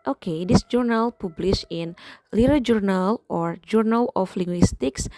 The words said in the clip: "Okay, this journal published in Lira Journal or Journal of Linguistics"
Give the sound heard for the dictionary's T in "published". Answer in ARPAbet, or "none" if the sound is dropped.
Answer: none